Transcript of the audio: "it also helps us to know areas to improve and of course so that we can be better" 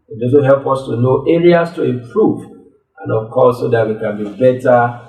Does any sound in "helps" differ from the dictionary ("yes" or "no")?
yes